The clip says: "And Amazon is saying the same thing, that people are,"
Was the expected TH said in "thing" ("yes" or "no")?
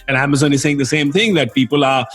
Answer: yes